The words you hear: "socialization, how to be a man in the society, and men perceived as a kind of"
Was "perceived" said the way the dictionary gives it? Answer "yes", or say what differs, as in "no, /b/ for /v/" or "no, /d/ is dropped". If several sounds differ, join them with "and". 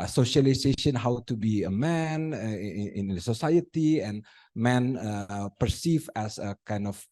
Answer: no, /d/ is dropped